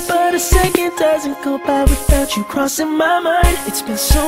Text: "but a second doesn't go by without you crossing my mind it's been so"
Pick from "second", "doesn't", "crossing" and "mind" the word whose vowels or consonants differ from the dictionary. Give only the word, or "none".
none